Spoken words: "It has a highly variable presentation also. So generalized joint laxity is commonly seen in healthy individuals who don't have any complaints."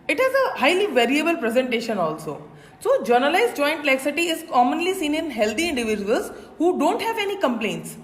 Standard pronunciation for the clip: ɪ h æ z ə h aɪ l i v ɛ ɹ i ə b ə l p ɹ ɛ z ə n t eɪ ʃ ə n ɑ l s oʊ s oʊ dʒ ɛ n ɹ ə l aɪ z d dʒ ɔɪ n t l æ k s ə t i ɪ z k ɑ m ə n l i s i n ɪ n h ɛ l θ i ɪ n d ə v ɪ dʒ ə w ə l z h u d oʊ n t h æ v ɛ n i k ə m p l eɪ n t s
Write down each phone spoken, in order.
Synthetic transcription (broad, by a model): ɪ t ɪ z ə h aɪ l i v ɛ ɹ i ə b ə l p ɹ ɛ z ə n t eɪ ʃ ə n ɑ l s oʊ s oʊ dʒ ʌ n ə l aɪ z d dʒ ɔɪ n t l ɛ k s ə t i ɪ z k ɑ m ə n l i s i n ɪ n h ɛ l t i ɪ n d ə v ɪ dʒ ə ə l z h u d oʊ n t h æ v ɛ n i k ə m p l eɪ n t s